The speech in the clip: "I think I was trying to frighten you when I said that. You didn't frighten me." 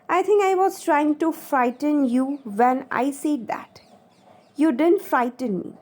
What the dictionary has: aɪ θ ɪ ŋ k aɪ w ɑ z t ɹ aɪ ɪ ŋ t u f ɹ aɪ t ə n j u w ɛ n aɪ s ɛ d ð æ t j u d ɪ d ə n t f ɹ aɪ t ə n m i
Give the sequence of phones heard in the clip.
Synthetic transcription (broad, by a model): aɪ t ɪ ŋ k aɪ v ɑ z t ɹ aɪ ɪ ŋ t u f ɹ aɪ t ə n j u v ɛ n aɪ s ɛ d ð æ t j u d ɪ d ə n t f ɹ aɪ t ə n m i